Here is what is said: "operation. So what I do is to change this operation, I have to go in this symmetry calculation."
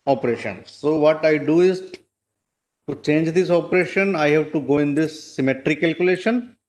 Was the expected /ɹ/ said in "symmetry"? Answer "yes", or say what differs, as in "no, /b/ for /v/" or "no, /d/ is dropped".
yes